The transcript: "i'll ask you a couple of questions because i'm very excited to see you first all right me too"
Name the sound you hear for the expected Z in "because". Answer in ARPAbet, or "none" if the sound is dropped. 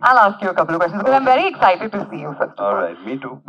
none